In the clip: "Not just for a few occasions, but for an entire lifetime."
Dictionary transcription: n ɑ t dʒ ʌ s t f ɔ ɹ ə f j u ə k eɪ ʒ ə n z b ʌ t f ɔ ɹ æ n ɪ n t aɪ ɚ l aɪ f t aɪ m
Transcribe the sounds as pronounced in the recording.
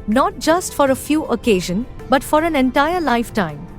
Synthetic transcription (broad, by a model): n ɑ t dʒ ʌ s t f ɔ ɹ ə f j u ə k eɪ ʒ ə n b ʌ t f ɔ ɹ æ n ɪ n t aɪ ɚ l aɪ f t aɪ m